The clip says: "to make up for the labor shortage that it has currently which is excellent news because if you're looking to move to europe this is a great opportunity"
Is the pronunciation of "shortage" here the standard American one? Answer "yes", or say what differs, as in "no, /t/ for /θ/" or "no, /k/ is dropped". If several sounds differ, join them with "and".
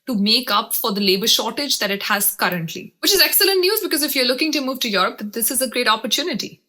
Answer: yes